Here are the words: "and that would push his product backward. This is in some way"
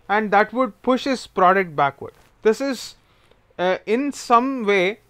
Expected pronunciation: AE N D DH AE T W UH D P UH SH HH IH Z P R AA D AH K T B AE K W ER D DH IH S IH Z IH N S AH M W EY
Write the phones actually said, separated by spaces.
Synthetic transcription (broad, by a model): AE N D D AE T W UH D P UH SH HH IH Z P R AA D AH K T B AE K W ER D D IH S IH Z IH N S AH M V EY